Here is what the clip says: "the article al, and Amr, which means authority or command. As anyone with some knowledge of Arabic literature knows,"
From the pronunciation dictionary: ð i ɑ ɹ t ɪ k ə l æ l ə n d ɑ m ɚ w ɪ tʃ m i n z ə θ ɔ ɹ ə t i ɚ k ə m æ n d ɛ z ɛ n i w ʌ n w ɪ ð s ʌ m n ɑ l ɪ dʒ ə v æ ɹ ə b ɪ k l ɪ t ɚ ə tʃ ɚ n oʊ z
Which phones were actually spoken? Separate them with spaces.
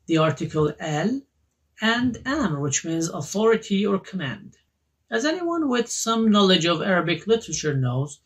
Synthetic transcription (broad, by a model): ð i ɑ ɹ t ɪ k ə l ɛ l ə n d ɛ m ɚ w ɪ tʃ m i n z ə θ ɔ ɹ ə t i ɚ k ə m æ n d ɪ z ɛ n i w ʌ n w ɪ ð s ʌ m n ɑ l ɪ dʒ ə v æ ɹ ə b ɪ k l ɪ t ɚ ə tʃ ɚ n oʊ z